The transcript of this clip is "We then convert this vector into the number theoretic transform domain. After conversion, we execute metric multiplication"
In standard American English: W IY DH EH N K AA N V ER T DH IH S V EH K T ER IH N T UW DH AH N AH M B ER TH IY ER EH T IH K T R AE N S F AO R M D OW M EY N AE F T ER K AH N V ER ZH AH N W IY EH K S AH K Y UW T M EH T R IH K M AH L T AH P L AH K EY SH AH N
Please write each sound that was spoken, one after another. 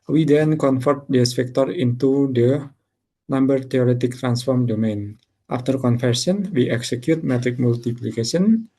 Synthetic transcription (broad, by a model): W IY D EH N K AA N F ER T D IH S P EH K T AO IH N T UW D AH N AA M B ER T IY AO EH T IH K T R AE N S F AO R M D OW M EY N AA F T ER K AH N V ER S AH N W IY EH K S AH K Y UW T M EH T R IH K M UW L T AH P L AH K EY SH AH N